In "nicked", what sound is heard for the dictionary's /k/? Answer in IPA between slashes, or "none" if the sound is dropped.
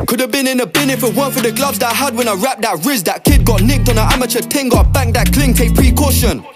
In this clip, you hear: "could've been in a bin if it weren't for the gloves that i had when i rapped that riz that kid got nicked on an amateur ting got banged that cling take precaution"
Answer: /k/